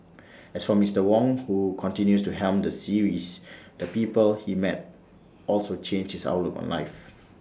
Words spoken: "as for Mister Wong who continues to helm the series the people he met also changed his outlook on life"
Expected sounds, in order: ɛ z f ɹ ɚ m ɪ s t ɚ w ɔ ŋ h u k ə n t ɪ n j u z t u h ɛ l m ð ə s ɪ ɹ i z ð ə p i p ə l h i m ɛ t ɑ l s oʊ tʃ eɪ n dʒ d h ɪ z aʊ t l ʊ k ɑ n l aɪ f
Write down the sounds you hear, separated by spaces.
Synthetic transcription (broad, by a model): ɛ s f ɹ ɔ m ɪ s t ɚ w ɔ ŋ h u k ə n t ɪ n j u s t u h ɛ l m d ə s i ɹ i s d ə p i p ə l h i m ɛ t ɑ l s oʊ tʃ eɪ n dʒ h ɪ s aʊ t l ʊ k ɑ n l aɪ f